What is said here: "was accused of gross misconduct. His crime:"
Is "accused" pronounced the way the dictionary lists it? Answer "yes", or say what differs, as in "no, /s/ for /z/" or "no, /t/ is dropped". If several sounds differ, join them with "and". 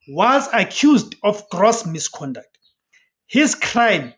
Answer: yes